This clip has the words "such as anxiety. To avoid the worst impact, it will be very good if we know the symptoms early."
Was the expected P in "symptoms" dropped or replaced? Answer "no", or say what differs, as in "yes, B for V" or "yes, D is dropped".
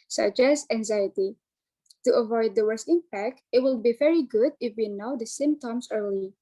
yes, P is dropped